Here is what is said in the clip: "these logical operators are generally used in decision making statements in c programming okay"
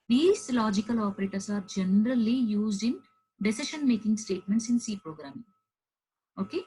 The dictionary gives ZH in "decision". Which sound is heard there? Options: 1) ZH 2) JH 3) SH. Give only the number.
3